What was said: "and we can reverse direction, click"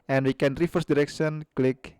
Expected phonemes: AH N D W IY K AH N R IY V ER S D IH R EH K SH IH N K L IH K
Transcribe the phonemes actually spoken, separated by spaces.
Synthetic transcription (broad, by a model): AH N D W IY K AH N R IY F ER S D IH R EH K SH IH N K L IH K